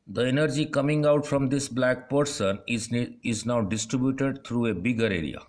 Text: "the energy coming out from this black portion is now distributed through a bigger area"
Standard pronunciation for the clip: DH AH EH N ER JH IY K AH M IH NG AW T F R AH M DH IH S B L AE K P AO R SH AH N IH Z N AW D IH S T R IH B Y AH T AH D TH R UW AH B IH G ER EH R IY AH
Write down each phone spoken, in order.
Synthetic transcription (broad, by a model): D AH EH N ER JH IY K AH M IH NG AW T F R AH M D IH S B L AE K P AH R S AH N IH Z N AW D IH S T R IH B Y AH T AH D T R UW AH B IH G ER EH R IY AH